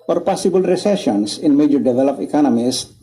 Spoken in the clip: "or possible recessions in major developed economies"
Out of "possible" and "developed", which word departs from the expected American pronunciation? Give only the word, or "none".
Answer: developed